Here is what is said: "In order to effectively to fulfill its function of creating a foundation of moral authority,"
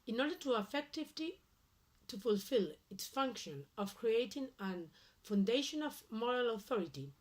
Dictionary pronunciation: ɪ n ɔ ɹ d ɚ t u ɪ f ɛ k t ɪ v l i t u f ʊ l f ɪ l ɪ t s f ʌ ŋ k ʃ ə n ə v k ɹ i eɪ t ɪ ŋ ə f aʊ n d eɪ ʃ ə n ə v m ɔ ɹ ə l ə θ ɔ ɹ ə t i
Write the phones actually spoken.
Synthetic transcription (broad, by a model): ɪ n ɔ ɹ d ɚ t u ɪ f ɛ k t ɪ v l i t u f ʊ l f ɪ l ɪ t s f ʌ ŋ k ʃ ə n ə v k ɹ i eɪ t ɪ ŋ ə f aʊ n d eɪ ʃ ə n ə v m ɔ ɹ ə l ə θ ɔ ɹ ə t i